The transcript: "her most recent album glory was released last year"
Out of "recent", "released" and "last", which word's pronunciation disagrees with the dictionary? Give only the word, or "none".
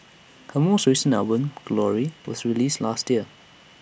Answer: recent